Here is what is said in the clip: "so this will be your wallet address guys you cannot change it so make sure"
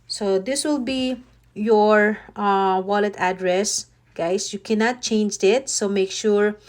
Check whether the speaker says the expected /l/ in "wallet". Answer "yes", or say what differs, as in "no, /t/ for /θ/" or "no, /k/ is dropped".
yes